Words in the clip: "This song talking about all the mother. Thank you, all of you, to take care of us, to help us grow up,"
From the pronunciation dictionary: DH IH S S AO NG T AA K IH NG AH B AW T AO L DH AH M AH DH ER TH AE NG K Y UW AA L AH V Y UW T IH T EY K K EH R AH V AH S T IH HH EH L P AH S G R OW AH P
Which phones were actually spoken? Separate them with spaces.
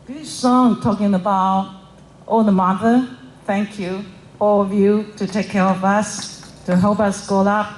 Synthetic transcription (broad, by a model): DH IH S S AO NG T AA K IH NG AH B AW T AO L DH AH M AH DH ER TH AE NG K Y UW AA L AH V Y UW T IH T EY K K EH R AH V AH S T IH HH EH L P AH S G OW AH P